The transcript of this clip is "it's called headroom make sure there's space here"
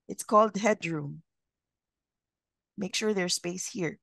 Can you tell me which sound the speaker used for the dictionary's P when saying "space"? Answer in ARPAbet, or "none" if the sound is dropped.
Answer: P